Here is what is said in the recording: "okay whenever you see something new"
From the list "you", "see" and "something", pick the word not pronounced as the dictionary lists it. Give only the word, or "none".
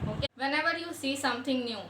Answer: something